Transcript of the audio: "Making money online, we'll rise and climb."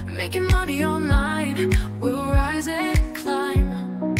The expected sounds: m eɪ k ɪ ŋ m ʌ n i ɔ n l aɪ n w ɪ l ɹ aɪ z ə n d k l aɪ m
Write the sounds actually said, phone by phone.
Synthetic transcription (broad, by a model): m eɪ k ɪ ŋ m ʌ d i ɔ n aɪ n w ɪ l ɹ aɪ z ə k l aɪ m